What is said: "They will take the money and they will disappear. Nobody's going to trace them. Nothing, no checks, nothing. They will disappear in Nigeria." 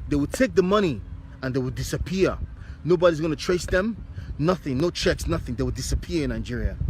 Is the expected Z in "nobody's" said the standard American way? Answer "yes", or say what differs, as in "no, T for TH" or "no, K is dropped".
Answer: yes